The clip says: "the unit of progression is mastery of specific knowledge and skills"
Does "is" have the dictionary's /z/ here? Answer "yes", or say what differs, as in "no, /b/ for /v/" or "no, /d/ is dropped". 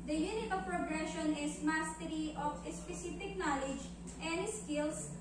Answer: no, /s/ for /z/